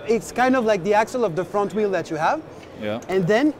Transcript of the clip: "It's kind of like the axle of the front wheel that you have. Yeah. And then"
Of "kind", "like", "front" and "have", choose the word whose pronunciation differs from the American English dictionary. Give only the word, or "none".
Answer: none